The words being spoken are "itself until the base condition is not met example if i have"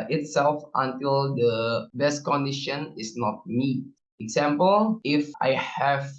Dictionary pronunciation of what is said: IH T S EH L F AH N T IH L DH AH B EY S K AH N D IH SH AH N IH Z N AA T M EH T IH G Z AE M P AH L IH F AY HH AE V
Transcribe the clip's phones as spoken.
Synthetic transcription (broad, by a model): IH T S EH L F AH N T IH L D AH B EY S K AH N D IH SH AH N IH S N AA T M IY IH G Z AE M P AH L IH F AY HH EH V